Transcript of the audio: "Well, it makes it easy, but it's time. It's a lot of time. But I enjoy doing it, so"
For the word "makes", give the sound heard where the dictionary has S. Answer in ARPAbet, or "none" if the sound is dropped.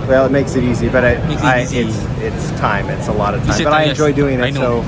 S